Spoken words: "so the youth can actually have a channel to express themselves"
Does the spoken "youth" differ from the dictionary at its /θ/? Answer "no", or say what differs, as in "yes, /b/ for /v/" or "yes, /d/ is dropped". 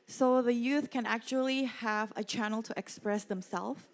no